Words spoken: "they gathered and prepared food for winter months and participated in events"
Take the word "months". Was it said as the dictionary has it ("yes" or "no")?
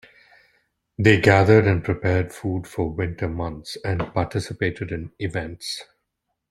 no